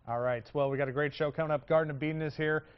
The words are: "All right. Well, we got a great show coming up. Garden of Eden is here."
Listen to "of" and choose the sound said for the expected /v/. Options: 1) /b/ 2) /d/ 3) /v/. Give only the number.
1